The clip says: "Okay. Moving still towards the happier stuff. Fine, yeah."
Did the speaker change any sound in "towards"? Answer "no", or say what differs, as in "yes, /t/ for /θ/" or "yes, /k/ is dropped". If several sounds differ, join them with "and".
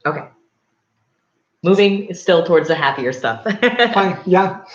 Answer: no